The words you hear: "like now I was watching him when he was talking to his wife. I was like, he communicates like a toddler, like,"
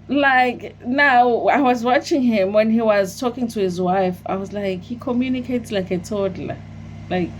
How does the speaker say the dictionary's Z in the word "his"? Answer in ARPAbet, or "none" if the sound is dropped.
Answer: Z